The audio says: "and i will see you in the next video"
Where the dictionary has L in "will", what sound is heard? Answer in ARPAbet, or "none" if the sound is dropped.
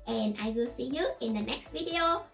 L